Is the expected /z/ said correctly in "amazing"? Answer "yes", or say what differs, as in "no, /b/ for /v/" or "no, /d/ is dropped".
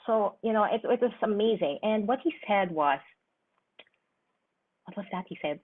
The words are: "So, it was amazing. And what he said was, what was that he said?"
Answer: yes